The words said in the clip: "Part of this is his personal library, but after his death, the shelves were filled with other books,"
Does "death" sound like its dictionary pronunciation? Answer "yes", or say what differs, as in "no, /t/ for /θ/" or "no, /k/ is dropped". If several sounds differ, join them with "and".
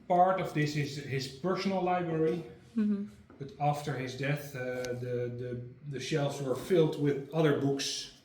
yes